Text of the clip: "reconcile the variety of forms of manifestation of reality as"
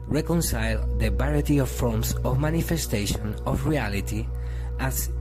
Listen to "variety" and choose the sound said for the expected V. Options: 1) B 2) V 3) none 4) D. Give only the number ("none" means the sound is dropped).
1